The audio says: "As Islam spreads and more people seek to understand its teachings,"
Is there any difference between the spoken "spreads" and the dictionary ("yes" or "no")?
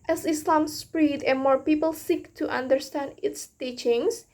yes